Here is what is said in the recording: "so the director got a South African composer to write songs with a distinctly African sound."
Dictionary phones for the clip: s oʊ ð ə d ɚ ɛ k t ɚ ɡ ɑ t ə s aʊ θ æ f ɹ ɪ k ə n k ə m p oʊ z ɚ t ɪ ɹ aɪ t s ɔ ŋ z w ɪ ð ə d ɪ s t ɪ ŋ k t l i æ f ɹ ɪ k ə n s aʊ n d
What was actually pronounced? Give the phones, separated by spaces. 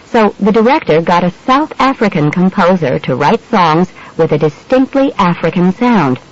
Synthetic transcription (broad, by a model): s oʊ ð ə d ɚ ɛ k t ɚ ɡ ɑ t ə s aʊ θ æ f ɹ ɪ k ə n k ə m p oʊ z ɚ t ɪ ɹ aɪ t s ɔ ŋ z w ɪ ð ə d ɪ s t ɪ ŋ k t l i æ f ɹ ɪ k ə n s aʊ n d